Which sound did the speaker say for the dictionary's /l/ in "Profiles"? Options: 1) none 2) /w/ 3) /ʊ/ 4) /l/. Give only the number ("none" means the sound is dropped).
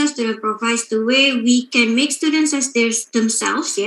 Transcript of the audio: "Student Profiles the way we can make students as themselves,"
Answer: 1